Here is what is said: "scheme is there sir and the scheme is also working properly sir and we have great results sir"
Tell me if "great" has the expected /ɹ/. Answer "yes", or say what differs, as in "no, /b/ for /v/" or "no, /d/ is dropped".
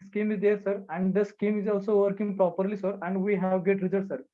no, /ɹ/ is dropped